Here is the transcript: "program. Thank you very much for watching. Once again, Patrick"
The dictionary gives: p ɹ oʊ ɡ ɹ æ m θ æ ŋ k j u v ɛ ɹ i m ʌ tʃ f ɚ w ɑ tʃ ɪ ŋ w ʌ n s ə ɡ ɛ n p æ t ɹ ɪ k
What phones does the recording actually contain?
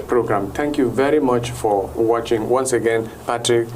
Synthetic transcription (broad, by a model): p ɹ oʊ ɡ ɹ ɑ m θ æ ŋ k j u v ɛ ɹ i m ʌ tʃ f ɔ w ɑ tʃ ɪ ŋ w ʌ n s ə ɡ ɛ n p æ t ɹ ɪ k